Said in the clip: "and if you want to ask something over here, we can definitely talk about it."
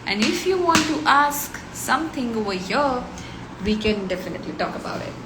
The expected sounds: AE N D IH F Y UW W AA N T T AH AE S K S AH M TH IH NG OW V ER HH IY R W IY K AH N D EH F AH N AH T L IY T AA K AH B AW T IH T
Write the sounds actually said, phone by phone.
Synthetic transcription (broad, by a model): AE N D IH F Y UW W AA N T T AH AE S K S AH M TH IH NG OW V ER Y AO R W IY K AH N D EH F AH N AH T L IY T AA K AH B AW T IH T